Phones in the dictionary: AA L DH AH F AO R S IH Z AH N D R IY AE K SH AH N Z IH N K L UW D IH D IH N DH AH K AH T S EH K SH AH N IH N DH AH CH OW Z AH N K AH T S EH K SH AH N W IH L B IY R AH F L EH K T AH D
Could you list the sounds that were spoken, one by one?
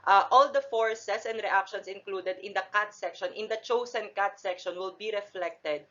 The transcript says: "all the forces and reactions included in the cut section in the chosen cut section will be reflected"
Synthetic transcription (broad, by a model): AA L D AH F AO R S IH S AH N D R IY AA K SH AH N S IH N K L UW D IH D IH N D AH K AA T S EH K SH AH N IH N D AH CH OW S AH N K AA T S EH K SH AH N W IH L B IY R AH F L EH K T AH D